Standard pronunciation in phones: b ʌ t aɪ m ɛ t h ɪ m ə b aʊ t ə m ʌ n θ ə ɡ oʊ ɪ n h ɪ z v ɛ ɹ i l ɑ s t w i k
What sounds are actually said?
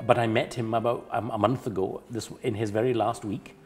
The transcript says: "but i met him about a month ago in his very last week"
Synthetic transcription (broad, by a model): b ʌ t aɪ m ɛ t h ɪ m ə b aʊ t ə m ʌ n θ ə ɡ oʊ ɪ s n ɪ z v ɛ ɹ i l ɑ s t w i k